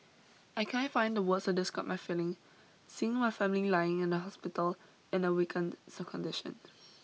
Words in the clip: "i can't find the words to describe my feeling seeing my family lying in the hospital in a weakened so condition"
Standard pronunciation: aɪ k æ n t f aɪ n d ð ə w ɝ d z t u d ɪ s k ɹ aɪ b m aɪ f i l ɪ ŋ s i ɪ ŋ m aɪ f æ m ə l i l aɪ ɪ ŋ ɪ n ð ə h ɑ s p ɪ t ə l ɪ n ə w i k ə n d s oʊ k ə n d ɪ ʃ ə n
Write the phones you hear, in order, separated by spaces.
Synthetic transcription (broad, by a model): aɪ k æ n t f aɪ n d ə w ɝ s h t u d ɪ s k aɪ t m aɪ f i l ɪ ŋ s i ɪ ŋ m aɪ f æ m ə l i l aɪ ɪ ŋ ɪ n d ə h ɑ s p ɪ t ə l ɪ n ə w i k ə n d s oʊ k ə n d ɪ ʃ ə n